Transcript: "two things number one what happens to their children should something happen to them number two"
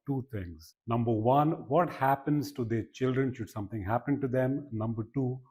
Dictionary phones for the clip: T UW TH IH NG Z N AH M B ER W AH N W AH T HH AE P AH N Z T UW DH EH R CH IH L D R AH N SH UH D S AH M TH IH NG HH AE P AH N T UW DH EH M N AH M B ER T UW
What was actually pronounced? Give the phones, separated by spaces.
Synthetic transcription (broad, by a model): T UW T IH NG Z N AH M B ER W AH N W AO T HH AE P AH N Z T UW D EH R CH IH L D R AH N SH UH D S AH M T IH NG HH AE P AH N T UW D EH M N AH M B ER T UW